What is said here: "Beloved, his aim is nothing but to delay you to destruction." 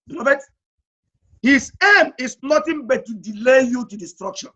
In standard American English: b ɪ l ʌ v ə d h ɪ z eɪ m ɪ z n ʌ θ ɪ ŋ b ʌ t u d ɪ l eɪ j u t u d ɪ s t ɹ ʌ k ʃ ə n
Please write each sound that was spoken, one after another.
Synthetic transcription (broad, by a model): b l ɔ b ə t h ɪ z eɪ m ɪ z n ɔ t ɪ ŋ b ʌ t u d ɪ l eɪ j u t u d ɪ s t ɹ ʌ k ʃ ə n